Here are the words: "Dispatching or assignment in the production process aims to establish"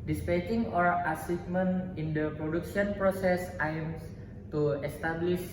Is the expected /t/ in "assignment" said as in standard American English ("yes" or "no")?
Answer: no